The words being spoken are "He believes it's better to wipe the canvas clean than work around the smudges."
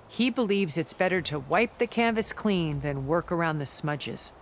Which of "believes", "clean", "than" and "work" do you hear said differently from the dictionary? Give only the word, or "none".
none